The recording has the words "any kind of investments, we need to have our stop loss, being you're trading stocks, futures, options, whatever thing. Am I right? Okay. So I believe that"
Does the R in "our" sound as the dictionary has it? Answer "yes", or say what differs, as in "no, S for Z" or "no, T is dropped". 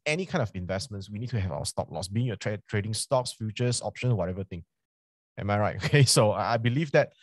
no, W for R